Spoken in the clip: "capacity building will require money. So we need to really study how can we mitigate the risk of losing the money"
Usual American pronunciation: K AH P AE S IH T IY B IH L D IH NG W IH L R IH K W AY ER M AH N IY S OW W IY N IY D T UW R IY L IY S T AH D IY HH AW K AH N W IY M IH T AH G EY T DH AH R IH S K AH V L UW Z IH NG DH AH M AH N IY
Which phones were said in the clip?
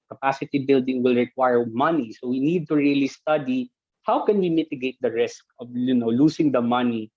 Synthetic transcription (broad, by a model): K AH P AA S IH T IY B IH L D IH NG W IH L R IH K W AY ER M AH N IY S OW W IY N IY D T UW R IY L IY S T AH D IY HH AW K AH N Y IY M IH T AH G EY T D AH R IH S K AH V L UW S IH NG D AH M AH N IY